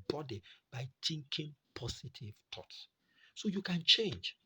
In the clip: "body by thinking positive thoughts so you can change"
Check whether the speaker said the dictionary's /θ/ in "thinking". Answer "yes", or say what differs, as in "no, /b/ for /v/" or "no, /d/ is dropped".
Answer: no, /t/ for /θ/